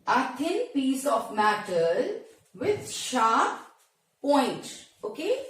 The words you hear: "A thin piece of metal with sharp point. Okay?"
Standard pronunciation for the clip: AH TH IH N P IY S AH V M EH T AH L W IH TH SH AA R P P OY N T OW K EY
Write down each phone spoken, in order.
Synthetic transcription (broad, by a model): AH T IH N P IY S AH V M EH T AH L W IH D SH AA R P P OY N T OW K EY